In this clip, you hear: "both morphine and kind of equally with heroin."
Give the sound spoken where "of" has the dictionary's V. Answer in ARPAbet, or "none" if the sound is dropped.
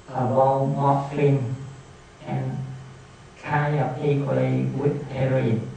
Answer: P